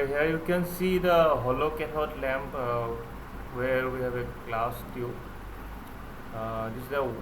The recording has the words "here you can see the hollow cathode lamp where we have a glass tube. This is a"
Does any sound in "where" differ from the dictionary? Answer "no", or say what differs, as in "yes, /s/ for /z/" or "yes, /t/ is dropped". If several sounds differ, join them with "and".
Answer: no